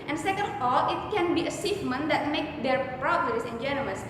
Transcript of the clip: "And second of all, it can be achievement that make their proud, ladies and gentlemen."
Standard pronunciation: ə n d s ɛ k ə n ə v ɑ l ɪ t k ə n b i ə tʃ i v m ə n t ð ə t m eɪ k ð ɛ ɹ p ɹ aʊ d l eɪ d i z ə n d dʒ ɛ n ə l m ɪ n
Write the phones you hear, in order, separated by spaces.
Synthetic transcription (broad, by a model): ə n s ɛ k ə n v ɑ l ɪ t k ə n b i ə s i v m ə n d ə t m eɪ k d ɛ ɹ p ɹ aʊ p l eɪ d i s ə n dʒ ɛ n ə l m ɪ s